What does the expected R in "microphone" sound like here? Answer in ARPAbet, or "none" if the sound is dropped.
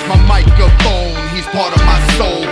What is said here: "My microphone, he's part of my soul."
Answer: none